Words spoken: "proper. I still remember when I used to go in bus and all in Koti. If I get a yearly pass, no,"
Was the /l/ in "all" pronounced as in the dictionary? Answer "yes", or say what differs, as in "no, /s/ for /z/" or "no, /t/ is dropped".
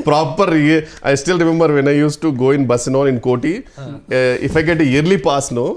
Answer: no, /n/ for /l/